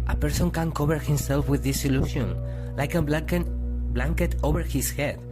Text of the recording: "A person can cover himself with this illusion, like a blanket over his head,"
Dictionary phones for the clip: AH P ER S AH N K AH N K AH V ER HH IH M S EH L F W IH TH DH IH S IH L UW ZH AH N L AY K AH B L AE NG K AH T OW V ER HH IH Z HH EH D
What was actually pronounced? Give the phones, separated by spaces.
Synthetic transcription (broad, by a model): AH P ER S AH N K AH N K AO B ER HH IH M S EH L F W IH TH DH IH S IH L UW SH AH N L AY K AH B L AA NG K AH T OW B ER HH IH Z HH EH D